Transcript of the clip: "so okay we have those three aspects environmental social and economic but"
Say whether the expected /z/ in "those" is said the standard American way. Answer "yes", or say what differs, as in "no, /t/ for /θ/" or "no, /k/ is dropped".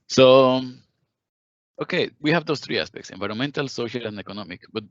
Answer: no, /s/ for /z/